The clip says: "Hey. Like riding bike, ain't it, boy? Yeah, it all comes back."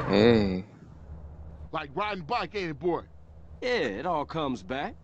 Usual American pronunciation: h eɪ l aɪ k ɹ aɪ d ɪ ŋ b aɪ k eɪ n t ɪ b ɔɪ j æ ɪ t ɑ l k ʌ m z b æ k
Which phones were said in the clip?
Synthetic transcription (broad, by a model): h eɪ l aɪ k ɹ aɪ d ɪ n b aɪ k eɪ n ɪ b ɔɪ j æ ɪ t ɑ l k ʌ m z b æ k